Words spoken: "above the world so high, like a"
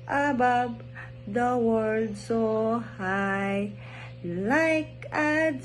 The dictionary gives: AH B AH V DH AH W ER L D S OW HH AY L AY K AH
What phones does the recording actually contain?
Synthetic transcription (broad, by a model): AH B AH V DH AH W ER D S OW HH AY L AY K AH